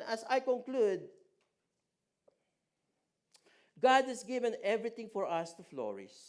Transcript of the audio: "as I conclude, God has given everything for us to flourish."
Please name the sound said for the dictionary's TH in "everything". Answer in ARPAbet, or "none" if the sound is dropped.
T